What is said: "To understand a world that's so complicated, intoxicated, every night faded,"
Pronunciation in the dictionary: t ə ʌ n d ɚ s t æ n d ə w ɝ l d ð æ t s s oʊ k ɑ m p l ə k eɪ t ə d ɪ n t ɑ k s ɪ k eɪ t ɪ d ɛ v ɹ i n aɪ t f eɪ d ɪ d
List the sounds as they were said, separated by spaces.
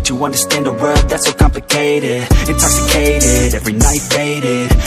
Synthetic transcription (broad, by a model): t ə ʌ n d ɚ s t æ n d ə w ɝ d ð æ t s s oʊ k ɑ m p l ə k eɪ t ə d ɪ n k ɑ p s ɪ k eɪ t ɪ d ɛ v ɹ i n aɪ t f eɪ d ɪ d